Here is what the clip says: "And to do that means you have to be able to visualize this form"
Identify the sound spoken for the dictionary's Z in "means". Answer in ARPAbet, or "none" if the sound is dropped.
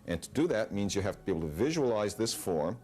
Z